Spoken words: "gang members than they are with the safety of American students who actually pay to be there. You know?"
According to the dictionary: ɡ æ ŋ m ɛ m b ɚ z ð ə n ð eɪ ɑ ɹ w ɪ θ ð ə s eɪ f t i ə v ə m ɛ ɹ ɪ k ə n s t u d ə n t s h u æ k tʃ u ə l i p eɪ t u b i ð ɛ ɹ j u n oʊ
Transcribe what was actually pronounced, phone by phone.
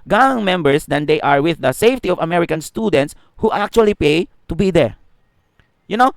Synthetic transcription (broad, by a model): ɡ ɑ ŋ m ɛ m b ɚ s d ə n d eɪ ɑ ɹ w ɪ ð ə s eɪ f t i ə v ə m ɛ ɹ ɪ k ə n s t u d ə n t s h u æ k tʃ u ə l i p eɪ t u b i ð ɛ ɹ j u n oʊ